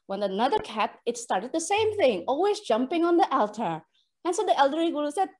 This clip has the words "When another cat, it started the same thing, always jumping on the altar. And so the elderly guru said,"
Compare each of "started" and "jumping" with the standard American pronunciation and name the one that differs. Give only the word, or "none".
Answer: none